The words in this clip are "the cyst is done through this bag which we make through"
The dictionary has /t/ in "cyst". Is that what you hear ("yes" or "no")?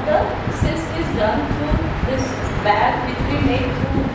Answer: no